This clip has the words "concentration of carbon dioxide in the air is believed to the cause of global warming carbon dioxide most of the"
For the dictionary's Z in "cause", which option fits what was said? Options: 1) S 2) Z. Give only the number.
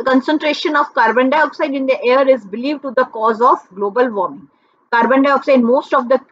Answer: 2